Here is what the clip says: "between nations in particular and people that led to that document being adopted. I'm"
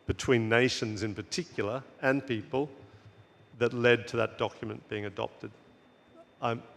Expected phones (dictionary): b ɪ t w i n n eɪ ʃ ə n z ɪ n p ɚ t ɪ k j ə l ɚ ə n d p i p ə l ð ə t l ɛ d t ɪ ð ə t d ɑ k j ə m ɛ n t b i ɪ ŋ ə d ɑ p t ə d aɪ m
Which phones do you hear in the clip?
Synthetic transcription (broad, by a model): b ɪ t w i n n eɪ ʃ ə n z ɪ n p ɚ t ɪ k j l ɚ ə n p i p ə l ð ə t l ɛ d t ɪ ð ə t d ɑ k j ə m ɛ n b i ɪ ŋ ə d ɑ p t ə d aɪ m